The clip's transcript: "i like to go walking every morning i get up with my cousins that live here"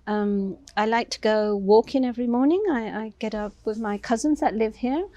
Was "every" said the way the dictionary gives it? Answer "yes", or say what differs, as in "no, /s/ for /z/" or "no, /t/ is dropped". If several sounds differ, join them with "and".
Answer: yes